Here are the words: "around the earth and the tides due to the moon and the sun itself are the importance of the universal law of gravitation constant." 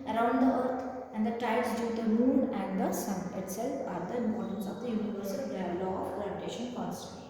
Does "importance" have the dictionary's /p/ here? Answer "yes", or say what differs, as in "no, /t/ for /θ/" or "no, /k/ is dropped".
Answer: no, /p/ is dropped